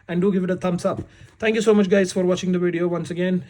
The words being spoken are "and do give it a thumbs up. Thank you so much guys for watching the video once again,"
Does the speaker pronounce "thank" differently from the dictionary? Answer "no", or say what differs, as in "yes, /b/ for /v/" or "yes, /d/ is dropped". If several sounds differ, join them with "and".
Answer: yes, /t/ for /θ/